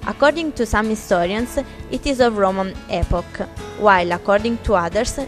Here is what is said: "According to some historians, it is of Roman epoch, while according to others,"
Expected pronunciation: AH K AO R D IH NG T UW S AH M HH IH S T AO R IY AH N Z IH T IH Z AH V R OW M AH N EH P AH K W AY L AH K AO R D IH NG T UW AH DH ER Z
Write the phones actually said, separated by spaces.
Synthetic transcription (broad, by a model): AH K AO R D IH NG T UW S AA M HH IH S T AO R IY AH N S IH T IH Z AH V R OW M AH N EH P AH K W AY L AH K AO R D IH NG T UW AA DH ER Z